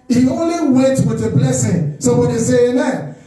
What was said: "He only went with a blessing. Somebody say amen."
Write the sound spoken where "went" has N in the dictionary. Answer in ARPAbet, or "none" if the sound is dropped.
none